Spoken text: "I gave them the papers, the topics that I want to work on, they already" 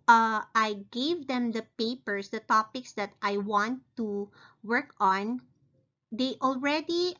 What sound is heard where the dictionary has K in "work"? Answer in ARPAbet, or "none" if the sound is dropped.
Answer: K